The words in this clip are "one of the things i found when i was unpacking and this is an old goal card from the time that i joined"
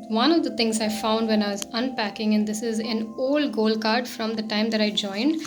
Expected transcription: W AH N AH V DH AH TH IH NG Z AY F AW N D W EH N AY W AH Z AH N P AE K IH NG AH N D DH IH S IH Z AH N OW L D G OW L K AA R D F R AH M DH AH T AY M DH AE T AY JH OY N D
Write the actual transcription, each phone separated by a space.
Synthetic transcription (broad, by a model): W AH N AH V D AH T IH NG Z AY F AW N D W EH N AY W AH Z AH N P AE K IH NG AH N D IH S IH Z AH N OW L D G OW L K AA R D F R AH M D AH T AY M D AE T AY JH OY N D